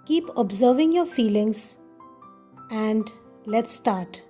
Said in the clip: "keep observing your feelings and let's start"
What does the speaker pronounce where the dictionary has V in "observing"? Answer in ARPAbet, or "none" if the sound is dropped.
V